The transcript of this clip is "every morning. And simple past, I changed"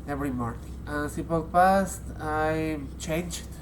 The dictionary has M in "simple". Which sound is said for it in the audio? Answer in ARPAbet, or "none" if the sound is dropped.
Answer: none